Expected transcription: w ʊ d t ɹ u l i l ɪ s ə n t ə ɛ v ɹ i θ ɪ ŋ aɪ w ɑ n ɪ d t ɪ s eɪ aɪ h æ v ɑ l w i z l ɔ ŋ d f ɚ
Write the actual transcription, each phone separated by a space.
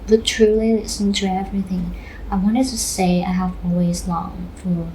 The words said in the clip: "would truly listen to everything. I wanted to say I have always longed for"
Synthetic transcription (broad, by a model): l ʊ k t ɹ u l i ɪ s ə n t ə ɛ v ɹ i θ ɪ ŋ aɪ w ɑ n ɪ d t ɪ s eɪ aɪ h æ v ɑ l w i z l ɔ ŋ f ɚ